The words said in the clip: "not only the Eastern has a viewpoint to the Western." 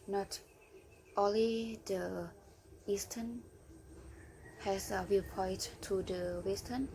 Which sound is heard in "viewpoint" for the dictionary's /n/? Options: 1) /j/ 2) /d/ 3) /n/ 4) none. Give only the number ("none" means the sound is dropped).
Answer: 4